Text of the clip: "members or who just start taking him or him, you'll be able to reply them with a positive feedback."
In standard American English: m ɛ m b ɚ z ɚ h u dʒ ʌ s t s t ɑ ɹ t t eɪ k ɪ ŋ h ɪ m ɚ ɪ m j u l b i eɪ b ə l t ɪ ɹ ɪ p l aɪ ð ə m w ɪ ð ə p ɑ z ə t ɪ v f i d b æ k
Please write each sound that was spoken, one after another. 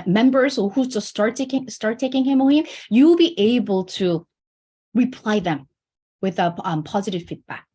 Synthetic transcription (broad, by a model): m ɛ m b ɚ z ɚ h u z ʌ s t s t ɑ ɹ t t eɪ k ɪ ŋ h ɪ m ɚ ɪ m j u l b i eɪ b ə l t ɪ ɹ ɪ p l aɪ ð ə m w ɪ ð ə p ɑ z ə t ɪ v f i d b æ k